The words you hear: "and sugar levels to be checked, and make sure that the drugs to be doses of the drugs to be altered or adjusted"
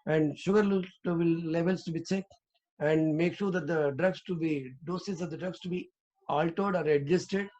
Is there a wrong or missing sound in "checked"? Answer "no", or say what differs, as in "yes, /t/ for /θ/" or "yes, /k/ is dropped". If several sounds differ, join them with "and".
yes, /s/ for /tʃ/ and /t/ is dropped